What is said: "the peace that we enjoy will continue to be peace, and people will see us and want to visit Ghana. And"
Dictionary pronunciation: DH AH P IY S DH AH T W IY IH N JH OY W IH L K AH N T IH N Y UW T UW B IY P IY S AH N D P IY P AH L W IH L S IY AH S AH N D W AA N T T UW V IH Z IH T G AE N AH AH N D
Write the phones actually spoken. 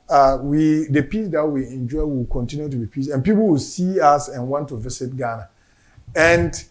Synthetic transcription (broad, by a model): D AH P IY S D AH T W IY IH N JH OY W IH L K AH N T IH N Y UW T UW B IY P IY S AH N P IY P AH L W IH L S IY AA S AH N W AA N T T UW V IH S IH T G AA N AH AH N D